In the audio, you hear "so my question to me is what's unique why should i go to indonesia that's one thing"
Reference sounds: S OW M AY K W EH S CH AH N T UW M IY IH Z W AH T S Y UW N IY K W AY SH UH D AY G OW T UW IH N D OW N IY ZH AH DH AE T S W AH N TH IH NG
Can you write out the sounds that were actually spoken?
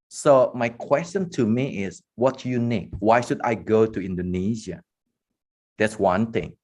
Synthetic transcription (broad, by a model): S OW M AY K W EH S CH AH N T UW M IY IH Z W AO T Y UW N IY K W AY SH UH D AY G OW T UW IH N D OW N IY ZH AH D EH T S W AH N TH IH NG